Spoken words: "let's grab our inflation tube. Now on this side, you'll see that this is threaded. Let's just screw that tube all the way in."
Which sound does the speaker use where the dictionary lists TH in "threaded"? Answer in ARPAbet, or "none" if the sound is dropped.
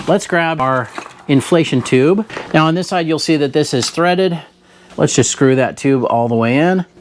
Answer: TH